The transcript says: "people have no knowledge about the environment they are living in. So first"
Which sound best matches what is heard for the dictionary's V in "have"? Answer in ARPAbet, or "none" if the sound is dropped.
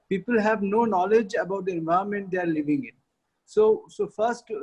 V